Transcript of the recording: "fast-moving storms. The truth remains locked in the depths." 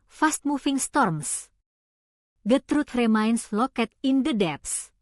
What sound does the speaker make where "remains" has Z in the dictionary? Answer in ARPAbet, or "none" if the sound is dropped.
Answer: S